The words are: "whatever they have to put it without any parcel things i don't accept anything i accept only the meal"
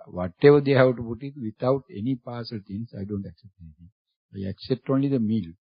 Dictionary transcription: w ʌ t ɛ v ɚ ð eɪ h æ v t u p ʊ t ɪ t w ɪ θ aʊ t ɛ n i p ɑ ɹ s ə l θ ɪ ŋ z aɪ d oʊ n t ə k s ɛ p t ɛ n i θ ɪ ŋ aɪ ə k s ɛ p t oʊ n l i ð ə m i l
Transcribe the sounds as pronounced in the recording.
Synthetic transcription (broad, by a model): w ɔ t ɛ v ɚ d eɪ h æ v t u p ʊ t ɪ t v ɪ t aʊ t ɛ n i p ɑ s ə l t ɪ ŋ s aɪ d oʊ n t ə k s ɛ p t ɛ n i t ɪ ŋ aɪ ə k s ɛ p t oʊ n l i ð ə m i l